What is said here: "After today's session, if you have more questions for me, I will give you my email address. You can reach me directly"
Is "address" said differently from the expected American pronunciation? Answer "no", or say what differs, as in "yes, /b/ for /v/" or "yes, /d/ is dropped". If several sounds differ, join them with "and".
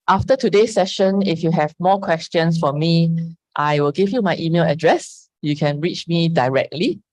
no